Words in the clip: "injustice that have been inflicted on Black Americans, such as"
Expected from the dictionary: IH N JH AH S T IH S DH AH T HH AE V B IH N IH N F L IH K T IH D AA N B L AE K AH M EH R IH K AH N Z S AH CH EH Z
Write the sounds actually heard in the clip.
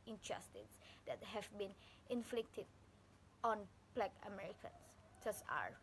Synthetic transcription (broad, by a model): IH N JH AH S T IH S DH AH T HH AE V B IH N IH N F L IH K T IH D AA N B L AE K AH M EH R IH K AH N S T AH S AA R